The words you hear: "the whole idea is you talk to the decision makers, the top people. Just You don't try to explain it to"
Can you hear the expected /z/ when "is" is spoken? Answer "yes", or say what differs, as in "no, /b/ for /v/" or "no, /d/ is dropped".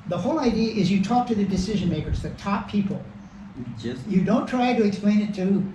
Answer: yes